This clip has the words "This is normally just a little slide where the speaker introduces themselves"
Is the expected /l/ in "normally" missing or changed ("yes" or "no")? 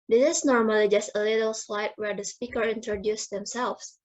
no